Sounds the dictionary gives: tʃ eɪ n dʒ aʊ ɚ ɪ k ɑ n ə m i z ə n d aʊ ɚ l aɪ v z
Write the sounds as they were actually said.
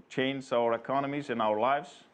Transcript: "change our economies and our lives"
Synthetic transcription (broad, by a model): tʃ eɪ n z aʊ ɚ ɪ k ɑ n ə m i z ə n aʊ ɚ l aɪ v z